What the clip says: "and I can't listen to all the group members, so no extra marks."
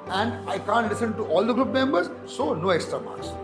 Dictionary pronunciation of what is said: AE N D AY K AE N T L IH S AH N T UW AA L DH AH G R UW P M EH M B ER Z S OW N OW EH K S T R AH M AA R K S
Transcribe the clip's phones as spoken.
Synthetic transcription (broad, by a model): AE N D AY K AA N T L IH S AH N T UW AA L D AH G R UW P M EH M B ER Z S OW N OW EH K S T R AH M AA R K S